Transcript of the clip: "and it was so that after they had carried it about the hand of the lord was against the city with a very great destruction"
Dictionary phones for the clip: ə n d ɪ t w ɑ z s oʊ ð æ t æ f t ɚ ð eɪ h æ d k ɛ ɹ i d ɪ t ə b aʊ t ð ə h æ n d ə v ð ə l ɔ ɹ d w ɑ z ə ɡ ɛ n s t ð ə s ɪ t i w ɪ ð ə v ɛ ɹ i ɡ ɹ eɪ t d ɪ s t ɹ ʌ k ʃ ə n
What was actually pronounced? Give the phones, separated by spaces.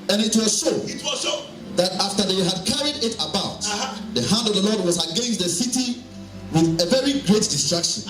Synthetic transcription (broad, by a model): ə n ɪ t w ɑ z ʃ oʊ ð æ t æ f t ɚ ð eɪ h æ d k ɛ ɹ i d ɪ t ə b aʊ t ð ə h æ n d ə v ð ə l ɔ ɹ d w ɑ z ə ɡ ɛ n s t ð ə s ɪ t i w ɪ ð ə v ɛ ɹ i ɡ ɹ eɪ t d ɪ s t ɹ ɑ k ʃ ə n